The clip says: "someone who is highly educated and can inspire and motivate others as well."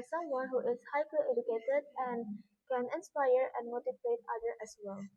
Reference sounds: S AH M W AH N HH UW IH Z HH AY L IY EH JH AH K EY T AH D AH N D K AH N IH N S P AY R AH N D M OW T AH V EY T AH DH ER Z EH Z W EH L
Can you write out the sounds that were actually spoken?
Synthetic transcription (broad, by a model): S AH M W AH N HH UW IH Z HH AY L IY EH JH AH K EY T AH D AH N D K AH N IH N S P AY R AH N D M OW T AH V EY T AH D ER EH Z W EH L